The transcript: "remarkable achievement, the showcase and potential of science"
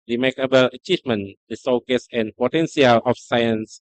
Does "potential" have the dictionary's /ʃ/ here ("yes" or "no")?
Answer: no